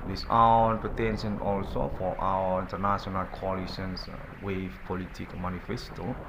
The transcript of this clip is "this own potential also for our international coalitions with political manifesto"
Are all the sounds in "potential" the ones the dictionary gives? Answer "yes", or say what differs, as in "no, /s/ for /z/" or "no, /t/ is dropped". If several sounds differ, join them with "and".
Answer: no, /n/ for /l/